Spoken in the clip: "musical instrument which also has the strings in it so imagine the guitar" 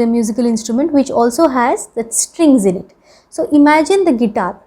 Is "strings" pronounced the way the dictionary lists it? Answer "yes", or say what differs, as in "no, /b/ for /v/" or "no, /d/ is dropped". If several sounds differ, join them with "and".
yes